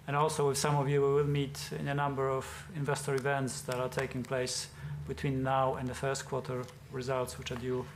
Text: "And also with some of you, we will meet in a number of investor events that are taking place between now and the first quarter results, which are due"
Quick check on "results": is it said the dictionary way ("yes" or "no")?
yes